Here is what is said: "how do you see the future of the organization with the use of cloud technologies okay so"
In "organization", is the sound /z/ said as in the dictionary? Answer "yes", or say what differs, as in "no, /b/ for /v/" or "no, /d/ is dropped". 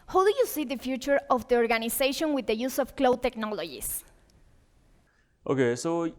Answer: no, /s/ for /z/